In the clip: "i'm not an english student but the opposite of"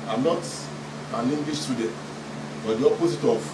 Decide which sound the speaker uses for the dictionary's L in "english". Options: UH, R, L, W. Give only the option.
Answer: W